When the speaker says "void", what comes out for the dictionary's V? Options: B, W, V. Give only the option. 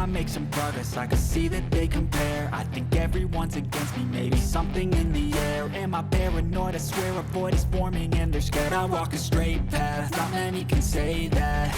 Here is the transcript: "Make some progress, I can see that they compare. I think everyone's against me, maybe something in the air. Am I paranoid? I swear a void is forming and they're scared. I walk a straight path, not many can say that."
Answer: B